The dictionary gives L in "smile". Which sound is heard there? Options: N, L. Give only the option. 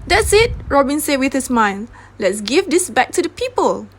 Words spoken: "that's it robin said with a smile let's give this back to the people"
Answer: N